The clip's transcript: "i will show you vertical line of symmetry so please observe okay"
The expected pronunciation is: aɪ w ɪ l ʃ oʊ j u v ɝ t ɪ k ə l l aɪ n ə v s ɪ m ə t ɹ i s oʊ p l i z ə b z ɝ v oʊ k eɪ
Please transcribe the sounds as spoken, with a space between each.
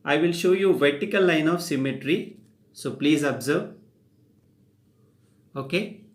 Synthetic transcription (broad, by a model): aɪ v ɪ l ʃ oʊ j u v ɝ t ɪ k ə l l aɪ n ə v s ɪ m ə t ɹ i s oʊ p l i z ə b z ɝ v oʊ k eɪ